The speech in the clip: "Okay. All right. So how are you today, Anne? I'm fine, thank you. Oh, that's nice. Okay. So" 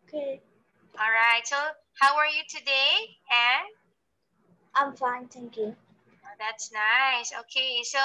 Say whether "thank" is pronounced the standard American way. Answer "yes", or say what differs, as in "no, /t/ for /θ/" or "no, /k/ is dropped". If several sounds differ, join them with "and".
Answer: no, /t/ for /θ/